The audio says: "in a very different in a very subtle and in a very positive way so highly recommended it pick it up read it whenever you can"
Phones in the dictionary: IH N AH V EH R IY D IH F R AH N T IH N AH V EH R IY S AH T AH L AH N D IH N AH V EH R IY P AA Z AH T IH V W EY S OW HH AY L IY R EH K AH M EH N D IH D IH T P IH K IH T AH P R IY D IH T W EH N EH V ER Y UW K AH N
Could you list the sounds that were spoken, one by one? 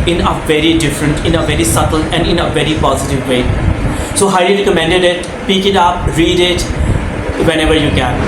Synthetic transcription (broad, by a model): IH N AH V EH R IY D IH F R AH N T IH N AH V EH R IY S AH T AH L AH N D IH N AH V EH R IY P AA Z AH T IH V EY S OW HH AY L IY R EH K AH M EH N D IH D IH T P IH K IH T AH P R IY D IH T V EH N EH V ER Y UW K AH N